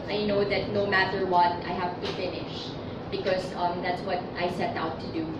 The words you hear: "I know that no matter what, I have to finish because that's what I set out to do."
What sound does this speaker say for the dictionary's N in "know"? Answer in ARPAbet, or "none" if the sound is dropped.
N